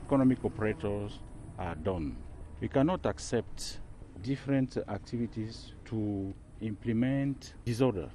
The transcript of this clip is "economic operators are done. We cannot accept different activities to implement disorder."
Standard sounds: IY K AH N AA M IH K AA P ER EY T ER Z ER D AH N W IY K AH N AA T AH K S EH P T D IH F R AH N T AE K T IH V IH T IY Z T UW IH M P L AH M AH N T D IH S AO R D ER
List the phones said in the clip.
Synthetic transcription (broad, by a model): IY K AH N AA M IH K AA P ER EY T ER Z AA D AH N W IY K AH N AA T AH K S EH P T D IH F R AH N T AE K T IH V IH T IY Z T UW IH M P L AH M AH N T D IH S AO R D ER